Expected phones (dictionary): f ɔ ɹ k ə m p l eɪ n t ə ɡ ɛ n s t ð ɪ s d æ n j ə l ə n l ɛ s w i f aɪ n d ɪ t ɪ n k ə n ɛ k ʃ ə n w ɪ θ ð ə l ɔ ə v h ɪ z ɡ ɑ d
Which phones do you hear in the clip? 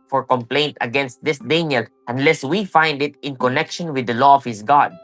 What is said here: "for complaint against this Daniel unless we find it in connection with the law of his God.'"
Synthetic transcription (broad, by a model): f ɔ ɹ k ə m p l eɪ n t ə ɡ ɛ n s t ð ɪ s d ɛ n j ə l ə n l ɛ s w i f aɪ n d ɪ t ɪ n k ə n ɛ k ʃ ə n w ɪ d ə l ɔ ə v h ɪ s ɡ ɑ d